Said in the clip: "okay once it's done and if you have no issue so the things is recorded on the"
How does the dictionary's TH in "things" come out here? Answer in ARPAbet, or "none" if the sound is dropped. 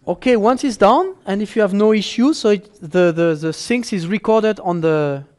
S